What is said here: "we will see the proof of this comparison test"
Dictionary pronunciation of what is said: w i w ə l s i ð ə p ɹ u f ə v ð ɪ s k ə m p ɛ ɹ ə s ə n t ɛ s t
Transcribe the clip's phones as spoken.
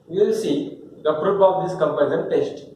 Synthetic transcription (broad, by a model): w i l s i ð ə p ɹ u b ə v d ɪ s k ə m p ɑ ə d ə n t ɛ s t